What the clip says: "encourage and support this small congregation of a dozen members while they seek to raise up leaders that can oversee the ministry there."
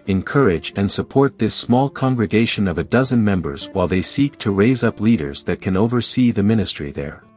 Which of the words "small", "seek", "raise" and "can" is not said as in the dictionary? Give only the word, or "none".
none